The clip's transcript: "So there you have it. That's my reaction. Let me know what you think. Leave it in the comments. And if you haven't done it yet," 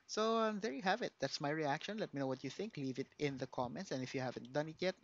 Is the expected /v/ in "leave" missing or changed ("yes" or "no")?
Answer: no